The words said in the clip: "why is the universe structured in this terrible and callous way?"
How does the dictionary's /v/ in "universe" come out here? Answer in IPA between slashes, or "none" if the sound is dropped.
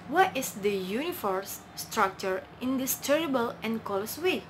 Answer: /f/